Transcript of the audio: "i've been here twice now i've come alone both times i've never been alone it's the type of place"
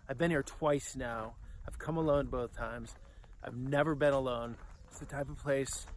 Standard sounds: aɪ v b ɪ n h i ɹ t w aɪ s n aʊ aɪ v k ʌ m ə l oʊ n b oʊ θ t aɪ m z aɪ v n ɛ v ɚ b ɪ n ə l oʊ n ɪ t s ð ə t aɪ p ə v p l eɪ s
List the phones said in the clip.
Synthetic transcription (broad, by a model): aɪ v b ɪ n h i ɹ t w aɪ s n aʊ aɪ v k ʌ m ə l oʊ n b oʊ θ t aɪ m z aɪ v n ɛ v ɚ b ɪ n ə l oʊ n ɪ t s ð ə t aɪ p ə v p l eɪ s